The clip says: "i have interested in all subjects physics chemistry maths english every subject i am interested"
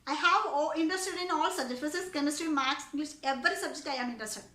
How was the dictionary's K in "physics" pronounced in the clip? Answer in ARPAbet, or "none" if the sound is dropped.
none